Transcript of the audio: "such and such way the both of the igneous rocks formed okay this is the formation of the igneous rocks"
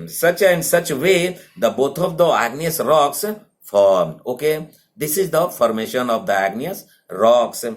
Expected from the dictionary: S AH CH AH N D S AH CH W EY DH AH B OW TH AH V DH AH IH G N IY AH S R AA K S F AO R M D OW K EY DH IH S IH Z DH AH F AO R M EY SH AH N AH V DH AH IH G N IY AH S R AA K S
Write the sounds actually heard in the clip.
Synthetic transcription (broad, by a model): S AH CH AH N S AH CH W EY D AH B OW T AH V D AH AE G N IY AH S R AA K S F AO R M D OW K EY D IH S IH Z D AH F AO R M EY SH AH N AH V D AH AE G N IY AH S R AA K S